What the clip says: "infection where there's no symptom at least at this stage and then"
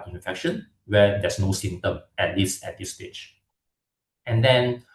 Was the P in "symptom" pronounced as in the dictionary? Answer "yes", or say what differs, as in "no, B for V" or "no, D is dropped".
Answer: no, P is dropped